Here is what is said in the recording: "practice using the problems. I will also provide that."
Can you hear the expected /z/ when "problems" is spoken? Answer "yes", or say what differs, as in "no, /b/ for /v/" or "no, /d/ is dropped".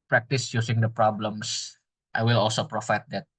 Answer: no, /s/ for /z/